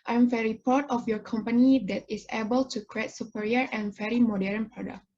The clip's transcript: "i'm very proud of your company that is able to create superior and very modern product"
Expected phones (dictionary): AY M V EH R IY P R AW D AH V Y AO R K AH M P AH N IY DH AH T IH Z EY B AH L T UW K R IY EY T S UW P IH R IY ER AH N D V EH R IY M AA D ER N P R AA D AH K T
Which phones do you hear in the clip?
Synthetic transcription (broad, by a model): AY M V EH R IY P AW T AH F Y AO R K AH M P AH N IY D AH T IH S EY B AH L T UW K R IY EY T S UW P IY R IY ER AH N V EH R IY M AA D ER N P R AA D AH K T